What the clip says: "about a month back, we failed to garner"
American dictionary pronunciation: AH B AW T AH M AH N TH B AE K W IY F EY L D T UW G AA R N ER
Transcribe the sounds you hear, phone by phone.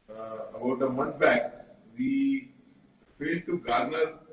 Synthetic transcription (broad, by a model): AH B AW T AH M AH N T B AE K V IY F EY L D T UW G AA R N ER